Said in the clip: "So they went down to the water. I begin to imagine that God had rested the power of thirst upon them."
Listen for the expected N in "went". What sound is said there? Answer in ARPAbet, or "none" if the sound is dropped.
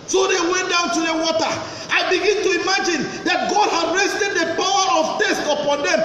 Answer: N